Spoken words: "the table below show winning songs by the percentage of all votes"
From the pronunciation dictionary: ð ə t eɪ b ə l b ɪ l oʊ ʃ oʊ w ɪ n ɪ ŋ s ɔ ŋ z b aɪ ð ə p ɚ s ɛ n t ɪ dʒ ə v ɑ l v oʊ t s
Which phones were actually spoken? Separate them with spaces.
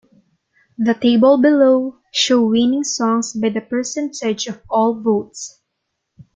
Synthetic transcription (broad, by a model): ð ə t eɪ b ə l b ɪ l oʊ ʃ oʊ w ɪ n ɪ ŋ s ɔ ŋ s b aɪ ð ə p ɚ s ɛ n s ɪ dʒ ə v ɑ l v oʊ t s